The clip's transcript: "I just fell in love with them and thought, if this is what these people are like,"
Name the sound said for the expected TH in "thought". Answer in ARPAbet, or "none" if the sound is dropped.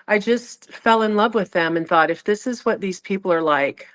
TH